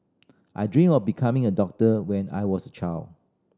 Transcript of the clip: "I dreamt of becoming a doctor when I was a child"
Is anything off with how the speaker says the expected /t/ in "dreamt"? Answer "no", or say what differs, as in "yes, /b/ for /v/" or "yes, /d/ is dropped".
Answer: yes, /t/ is dropped